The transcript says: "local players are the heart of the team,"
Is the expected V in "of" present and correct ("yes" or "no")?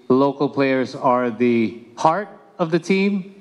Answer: yes